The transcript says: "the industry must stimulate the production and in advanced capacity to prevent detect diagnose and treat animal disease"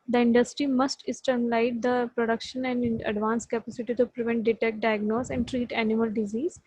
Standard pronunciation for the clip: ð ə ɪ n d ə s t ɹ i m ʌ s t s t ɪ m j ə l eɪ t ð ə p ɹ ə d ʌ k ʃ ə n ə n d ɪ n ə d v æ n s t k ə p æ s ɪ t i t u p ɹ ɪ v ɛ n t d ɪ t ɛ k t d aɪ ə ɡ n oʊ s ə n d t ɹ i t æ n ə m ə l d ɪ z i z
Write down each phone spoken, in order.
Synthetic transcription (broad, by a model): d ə ɪ n d ə s t ɹ i m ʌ s t s t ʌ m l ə ɪ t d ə p ɹ ə d ʌ k ʃ ə n ə n d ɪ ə d v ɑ n s k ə p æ s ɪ t i t u p ɹ ɪ v ɛ n t d ɪ t ɛ k t d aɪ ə ɡ n oʊ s ə n d t ɹ i t æ n ə m ə l d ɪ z i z